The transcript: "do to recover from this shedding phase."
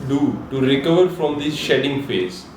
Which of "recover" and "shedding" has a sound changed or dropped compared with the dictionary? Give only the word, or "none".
none